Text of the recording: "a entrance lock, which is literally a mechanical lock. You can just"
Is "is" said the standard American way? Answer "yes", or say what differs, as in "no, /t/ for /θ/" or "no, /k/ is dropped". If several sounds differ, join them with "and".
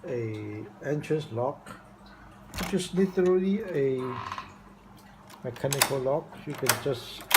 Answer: no, /s/ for /z/